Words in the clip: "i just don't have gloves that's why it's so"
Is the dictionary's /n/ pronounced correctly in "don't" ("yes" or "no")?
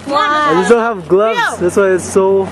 no